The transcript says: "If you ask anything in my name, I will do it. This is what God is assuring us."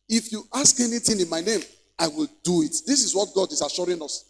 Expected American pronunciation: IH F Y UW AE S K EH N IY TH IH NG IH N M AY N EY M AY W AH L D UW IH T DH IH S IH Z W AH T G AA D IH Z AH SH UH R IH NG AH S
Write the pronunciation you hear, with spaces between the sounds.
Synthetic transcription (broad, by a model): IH F Y UW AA S K EH N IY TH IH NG IH N M AY N EY M AY W AH L D UW IH T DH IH S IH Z W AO T G AA D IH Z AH SH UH R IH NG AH S